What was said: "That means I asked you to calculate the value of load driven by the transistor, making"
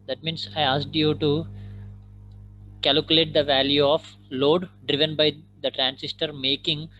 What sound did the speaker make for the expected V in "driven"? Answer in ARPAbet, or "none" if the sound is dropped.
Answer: V